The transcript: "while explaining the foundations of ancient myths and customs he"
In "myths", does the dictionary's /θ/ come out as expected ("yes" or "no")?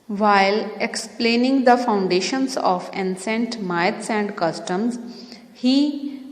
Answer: no